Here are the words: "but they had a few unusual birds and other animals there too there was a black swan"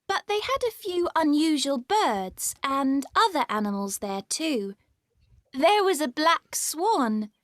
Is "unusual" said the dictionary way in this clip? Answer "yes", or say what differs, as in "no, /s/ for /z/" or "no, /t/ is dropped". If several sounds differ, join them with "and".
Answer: yes